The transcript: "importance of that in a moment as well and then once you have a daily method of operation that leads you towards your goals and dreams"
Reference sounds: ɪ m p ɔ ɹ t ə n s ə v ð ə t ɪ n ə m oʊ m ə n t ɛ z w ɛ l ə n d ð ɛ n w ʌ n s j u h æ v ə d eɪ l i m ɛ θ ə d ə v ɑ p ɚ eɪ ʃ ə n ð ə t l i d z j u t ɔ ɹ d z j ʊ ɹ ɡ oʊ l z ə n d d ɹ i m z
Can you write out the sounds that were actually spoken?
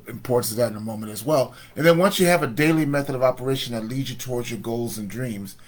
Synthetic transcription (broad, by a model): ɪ m p ɔ ɹ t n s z ð ə t ɪ n ə m oʊ m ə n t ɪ z w ɛ l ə n ð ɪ n w ʌ n s j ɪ v ə d eɪ l i m ɛ θ ə d ə v ɑ p ɚ eɪ ʃ ə n ð ə t l i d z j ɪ t ɔ ɹ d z j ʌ ɹ ɡ oʊ l z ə n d d ɹ i m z